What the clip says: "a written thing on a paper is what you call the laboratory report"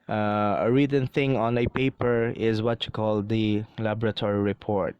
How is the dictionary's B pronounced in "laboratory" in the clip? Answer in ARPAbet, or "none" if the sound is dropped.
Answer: B